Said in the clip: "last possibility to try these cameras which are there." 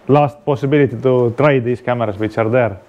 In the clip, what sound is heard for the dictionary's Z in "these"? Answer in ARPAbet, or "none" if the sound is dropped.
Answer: S